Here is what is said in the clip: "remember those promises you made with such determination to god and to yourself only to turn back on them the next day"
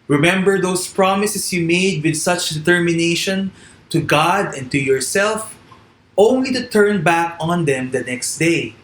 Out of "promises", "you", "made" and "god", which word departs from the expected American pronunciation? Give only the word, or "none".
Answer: promises